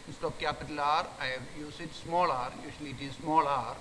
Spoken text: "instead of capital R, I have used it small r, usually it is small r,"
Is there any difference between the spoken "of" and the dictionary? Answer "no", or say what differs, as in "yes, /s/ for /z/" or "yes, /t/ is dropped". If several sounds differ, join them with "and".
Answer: yes, /p/ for /v/